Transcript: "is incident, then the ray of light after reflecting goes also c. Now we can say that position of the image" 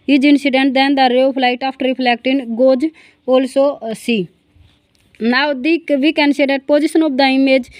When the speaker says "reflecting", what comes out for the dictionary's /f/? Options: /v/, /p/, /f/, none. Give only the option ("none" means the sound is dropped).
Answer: /p/